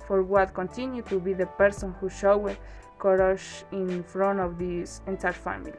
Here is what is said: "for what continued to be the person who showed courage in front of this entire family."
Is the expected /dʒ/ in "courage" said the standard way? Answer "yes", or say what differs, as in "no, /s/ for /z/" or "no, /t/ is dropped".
no, /ʃ/ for /dʒ/